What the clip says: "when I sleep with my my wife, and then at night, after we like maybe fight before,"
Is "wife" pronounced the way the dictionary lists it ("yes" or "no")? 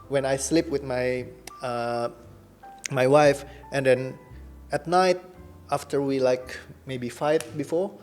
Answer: yes